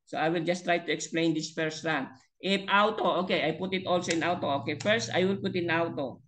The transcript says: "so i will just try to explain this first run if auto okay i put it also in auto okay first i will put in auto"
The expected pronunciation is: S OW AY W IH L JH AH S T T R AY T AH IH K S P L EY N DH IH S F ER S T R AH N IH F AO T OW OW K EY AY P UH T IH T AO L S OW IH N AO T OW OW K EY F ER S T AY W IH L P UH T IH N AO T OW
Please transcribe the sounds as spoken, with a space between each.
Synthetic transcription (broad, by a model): S OW AY W IH L JH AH S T T R AY T AH IH K S P L EY N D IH S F ER S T R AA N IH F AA T OW OW K EY AY P UH T IH T AO L S OW IH N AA T OW OW K EY F ER S T AY W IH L P UH T IH N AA T OW